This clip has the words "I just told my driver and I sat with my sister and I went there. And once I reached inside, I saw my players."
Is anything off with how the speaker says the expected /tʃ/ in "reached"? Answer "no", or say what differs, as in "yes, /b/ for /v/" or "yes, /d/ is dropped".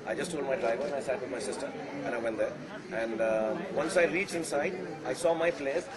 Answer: no